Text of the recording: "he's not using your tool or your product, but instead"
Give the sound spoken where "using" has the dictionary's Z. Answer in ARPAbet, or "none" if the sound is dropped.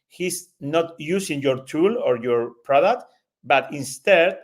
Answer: S